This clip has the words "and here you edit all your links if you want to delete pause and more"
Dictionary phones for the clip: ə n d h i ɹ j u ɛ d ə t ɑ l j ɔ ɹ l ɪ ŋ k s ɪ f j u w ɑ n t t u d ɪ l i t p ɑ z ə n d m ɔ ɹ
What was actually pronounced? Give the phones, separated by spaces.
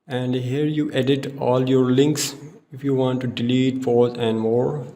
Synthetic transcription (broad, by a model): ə n d h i ɹ j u ɛ d ə t ɑ l j ɔ ɹ l ɪ ŋ k s ɪ f j u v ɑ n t t u d ɪ l i t f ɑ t ə n d m ɔ ɹ